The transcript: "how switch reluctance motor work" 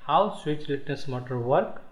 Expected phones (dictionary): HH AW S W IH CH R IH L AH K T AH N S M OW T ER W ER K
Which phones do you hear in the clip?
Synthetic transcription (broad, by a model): HH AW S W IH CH L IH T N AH S M OW T ER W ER K